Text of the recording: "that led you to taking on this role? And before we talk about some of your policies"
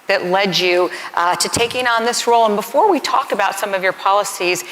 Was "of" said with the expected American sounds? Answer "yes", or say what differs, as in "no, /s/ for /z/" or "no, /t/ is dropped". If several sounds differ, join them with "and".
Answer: yes